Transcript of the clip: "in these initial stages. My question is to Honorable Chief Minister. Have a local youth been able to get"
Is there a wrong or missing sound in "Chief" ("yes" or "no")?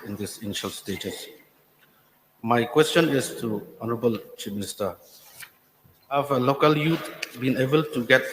yes